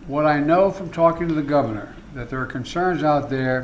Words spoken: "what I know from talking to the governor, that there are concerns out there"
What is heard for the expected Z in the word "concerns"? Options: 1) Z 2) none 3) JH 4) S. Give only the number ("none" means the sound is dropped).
1